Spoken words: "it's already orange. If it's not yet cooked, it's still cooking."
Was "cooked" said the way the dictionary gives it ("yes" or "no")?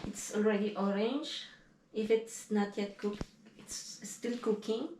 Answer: no